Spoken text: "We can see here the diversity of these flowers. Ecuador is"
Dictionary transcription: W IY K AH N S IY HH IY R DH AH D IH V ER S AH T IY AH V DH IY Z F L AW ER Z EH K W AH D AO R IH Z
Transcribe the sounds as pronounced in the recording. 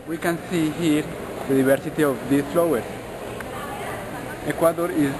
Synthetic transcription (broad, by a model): W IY K AH N S IY HH IY R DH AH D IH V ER S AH T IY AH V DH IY F L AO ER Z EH K W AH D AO R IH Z